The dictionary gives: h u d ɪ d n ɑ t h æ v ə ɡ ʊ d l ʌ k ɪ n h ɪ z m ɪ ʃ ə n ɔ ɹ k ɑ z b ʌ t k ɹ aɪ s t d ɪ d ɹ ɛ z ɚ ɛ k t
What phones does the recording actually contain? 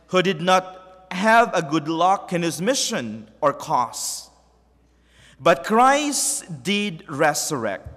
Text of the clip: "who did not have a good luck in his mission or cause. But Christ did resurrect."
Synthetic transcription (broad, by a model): h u d ɪ d n ɑ t h æ v ə ɡ ʊ d l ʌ k ɪ n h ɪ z m ɪ ʃ ə n ɔ ɹ k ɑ s b ʌ t k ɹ aɪ s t d ɪ d ɹ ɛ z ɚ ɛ k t